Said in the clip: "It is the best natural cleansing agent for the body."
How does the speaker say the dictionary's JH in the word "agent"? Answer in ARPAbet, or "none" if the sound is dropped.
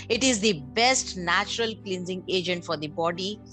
JH